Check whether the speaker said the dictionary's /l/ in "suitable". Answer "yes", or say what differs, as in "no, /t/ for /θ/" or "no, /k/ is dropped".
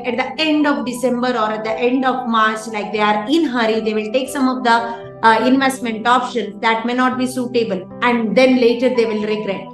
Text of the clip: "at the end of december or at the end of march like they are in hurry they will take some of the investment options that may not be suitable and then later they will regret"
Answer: yes